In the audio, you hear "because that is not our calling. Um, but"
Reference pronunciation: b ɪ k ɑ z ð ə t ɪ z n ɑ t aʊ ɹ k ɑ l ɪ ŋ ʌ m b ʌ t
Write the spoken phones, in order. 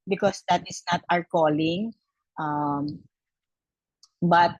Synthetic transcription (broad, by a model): b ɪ k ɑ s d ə t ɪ s n ɑ t aʊ ɹ k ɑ l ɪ ŋ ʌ m b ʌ t